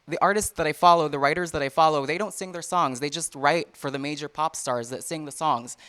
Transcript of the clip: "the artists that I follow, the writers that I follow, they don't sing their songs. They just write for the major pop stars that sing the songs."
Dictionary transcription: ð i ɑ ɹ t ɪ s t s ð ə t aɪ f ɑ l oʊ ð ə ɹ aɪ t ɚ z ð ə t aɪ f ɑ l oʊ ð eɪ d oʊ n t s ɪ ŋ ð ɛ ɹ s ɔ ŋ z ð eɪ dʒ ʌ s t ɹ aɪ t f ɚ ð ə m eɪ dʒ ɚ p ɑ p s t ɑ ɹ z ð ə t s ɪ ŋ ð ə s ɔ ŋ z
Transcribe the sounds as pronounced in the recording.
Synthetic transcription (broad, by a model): ð i ɑ ɹ t ɪ s t s ð ə t aɪ f ɑ l oʊ ð ə ɹ aɪ t ɚ z ð ə t aɪ f ɑ l oʊ ð eɪ d oʊ n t s ɪ ŋ ð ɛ ɹ s ɔ ŋ z ð eɪ dʒ ʌ s t ɹ aɪ t f ɚ ð ə m eɪ dʒ ɚ p ɑ p s t ɑ ɹ z ð ə t s ɪ ŋ ð ə s ɔ ŋ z